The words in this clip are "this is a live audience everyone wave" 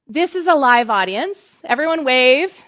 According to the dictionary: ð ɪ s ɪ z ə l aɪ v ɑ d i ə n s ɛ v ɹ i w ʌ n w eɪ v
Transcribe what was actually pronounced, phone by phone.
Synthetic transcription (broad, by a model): ð ɪ s ɪ z ə l aɪ v ɑ d i ə n s ɛ v ɹ i w ʌ n w eɪ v